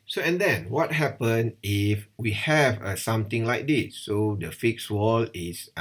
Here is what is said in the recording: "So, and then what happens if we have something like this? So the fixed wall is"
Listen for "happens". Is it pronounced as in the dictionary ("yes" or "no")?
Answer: no